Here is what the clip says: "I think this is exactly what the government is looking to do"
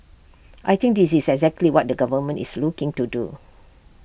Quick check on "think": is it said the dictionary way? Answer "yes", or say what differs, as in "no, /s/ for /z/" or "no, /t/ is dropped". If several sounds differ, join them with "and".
no, /t/ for /θ/